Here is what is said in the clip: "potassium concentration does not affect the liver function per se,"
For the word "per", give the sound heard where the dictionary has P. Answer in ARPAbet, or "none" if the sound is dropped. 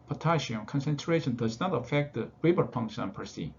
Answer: P